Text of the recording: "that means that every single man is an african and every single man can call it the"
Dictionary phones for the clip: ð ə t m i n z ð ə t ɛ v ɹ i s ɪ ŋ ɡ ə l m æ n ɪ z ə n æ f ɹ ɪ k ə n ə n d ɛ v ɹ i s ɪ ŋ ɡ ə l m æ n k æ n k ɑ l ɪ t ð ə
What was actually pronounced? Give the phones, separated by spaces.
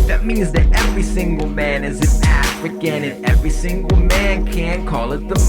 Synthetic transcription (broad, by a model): ð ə t m i n z ð ə t ɛ v ɹ i s ɪ ŋ ɡ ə l m æ n ɪ z ə n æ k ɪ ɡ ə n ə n ɛ v ɹ i s ɪ ŋ ɡ l m æ n k æ n k ɑ l ɪ t ð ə